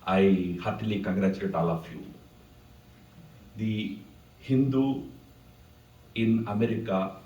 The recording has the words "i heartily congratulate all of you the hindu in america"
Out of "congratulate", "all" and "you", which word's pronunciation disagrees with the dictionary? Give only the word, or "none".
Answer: congratulate